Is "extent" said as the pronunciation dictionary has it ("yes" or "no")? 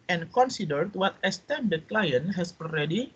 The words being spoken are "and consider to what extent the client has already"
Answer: no